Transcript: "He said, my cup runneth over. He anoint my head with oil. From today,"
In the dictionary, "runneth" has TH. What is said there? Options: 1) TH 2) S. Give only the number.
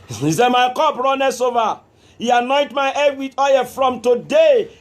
2